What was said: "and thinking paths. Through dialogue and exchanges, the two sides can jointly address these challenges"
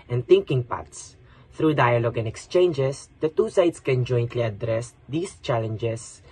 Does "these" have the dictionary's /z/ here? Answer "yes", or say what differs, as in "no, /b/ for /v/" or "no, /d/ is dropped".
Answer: no, /s/ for /z/